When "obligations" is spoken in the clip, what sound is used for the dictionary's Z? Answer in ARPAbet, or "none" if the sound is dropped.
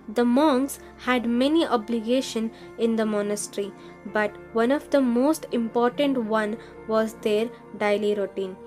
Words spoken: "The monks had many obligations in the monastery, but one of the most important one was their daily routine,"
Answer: none